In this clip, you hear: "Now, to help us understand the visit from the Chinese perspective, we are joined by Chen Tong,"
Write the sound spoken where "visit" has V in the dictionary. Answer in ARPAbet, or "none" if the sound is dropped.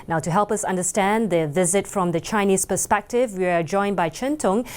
V